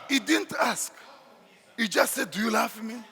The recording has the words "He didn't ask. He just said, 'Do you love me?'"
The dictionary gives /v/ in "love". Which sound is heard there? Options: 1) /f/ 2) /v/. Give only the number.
1